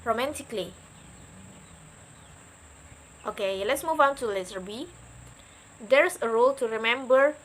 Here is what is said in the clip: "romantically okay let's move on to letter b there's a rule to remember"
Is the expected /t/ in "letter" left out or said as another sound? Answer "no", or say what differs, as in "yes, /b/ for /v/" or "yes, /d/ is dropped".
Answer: yes, /s/ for /t/